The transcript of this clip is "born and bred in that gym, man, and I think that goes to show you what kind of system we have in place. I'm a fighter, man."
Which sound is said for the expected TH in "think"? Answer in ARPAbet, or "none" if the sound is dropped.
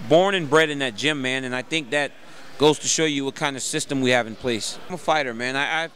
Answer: TH